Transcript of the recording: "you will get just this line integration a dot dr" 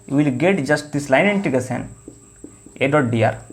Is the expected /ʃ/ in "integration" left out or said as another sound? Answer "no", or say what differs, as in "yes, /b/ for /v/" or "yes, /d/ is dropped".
yes, /s/ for /ʃ/